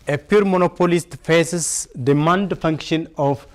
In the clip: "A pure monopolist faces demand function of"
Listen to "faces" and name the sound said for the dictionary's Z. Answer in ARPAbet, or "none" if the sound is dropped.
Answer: S